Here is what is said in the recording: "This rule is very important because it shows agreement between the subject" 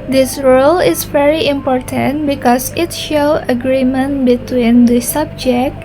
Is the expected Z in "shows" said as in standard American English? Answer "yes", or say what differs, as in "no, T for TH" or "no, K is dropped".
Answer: no, Z is dropped